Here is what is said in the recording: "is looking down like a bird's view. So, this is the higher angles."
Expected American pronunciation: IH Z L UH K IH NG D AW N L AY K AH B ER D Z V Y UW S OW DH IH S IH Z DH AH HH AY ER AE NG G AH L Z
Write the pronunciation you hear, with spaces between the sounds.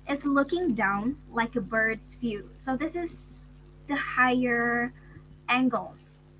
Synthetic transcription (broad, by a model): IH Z L UH K IH NG D AW N L AY K AH B ER D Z F Y UW S OW DH IH S IH Z DH AH HH AY ER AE NG G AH L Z